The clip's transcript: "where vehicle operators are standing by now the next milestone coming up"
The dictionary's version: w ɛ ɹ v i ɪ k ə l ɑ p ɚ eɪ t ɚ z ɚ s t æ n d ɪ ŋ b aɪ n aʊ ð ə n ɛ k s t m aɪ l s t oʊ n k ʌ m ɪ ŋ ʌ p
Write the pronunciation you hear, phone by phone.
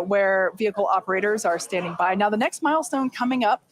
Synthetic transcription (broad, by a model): w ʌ ɹ v i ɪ k l ɑ p ɚ eɪ t ɚ z ɚ s t æ n d ɪ ŋ b aɪ n aʊ ð ə n ɛ k s t m aɪ l s t oʊ n k ʌ m ɪ ŋ ʌ p